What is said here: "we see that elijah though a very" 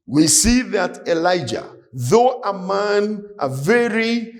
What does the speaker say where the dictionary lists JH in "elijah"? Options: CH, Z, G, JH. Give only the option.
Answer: JH